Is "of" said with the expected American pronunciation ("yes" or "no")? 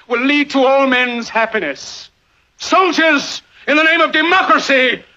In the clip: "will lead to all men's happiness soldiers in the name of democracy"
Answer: yes